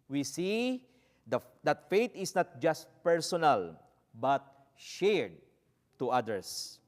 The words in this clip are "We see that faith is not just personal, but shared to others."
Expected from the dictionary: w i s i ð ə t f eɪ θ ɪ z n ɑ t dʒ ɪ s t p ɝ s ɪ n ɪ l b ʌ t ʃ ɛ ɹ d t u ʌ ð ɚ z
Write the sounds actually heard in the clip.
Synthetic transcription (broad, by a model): w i s i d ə t f eɪ t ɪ s n ɑ t dʒ ɪ s t p ɝ s ɪ n ɪ l b ʌ t ʃ ɛ ɹ d t u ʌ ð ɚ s